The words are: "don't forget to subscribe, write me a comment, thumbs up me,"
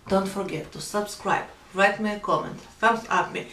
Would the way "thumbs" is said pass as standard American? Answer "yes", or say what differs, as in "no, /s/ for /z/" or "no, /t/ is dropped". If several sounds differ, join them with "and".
no, /f/ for /θ/ and /s/ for /z/